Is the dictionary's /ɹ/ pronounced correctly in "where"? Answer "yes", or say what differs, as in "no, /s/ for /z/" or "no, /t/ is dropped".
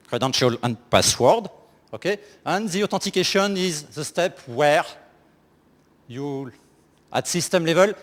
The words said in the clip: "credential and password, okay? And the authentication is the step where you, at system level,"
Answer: yes